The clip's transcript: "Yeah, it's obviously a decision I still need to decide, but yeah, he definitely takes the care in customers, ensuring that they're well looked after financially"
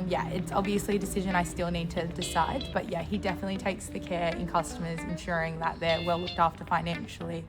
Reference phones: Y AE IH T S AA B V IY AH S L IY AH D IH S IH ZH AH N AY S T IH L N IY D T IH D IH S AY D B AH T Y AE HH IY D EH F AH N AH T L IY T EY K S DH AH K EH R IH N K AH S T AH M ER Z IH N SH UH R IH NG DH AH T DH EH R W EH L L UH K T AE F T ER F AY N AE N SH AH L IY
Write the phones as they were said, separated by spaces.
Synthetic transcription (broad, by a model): Y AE IH T S AA B V IY AH S L IY AH D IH S IH ZH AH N AY S T IH L N IY D T IH D IH S AY D B AH T Y AE HH IY D EH F AH N AH T L IY T EY K S DH AH K EH R IH N K AH S T AH M ER Z IH N SH UH R IH NG DH AH T DH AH R W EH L L UH K T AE F T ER F AY N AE N SH L IY